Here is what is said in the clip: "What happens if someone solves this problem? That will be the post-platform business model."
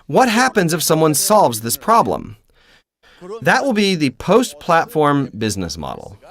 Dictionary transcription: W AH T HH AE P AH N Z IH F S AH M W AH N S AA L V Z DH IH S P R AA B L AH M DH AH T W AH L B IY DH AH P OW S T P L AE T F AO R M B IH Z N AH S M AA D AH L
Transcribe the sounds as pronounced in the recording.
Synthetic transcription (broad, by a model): W AH T HH AE P AH N Z IH F S AH M W AH N S AA L V Z DH IH S P R AA B L AH M DH AH T W AH L B IY DH AH P OW S T P L AE T F AO R M B IH Z N AH S M AA D L